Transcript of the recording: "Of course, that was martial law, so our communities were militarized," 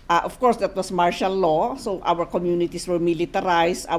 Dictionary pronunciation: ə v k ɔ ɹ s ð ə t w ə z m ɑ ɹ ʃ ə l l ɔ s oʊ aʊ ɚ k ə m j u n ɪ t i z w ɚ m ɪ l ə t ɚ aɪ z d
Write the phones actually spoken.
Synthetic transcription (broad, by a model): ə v k ɔ ɹ s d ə t w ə s m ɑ ɹ ʃ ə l l ɔ s oʊ aʊ ɚ k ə m j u n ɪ t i s w ɚ m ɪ l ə t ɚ aɪ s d